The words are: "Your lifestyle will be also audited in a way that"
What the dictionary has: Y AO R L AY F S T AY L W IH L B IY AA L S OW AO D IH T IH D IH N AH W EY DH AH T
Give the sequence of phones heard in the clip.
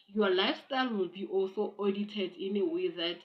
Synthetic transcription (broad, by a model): Y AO L AY F S T AY L W IH L B IY AA L S OW AO D IH T IH D IH N AH W EY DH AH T